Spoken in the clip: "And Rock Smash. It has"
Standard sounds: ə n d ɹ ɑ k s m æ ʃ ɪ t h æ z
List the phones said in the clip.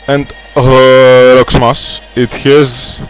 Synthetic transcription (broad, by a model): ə n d ɹ ɑ k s m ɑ s ɪ t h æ z